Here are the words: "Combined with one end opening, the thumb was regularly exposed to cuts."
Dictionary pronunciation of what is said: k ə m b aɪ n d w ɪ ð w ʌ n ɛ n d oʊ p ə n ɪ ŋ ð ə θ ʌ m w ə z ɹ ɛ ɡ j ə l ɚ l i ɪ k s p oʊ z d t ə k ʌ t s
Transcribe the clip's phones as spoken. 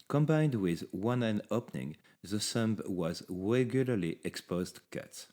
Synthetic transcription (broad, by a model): k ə m b aɪ n d w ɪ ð w ʌ n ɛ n oʊ p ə n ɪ ŋ ð ə s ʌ m w ə z ɹ ɛ ɡ j ə l ɚ l i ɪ k s p oʊ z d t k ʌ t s